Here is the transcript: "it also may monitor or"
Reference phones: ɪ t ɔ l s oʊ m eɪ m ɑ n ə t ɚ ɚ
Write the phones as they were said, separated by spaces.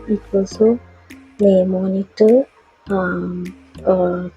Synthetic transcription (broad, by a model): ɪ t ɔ s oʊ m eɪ m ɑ n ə t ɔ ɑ